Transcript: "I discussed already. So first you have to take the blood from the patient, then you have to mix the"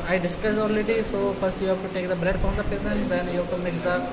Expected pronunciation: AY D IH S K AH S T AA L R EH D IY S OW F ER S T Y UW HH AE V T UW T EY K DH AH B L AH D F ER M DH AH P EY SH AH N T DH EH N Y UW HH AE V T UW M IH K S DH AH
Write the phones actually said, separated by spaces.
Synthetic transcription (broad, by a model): AY D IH S K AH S AA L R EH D IY S OW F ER S T Y UW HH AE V T UW T EY K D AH B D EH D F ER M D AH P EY S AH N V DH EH N Y UW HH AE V T UW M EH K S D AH